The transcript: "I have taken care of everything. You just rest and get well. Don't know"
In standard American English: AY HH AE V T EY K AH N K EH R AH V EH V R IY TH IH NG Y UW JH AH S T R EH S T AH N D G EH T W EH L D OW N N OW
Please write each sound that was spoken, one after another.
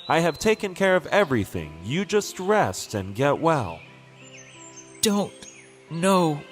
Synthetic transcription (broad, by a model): AY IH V T EY K AH N K EH R AH V EH V R IY TH IH NG Y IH JH AH S T R EH S T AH N G EH T W EH L D OW N N OW